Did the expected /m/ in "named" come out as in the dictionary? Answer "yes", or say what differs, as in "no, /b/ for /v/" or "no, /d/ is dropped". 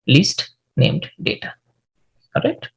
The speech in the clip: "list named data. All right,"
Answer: yes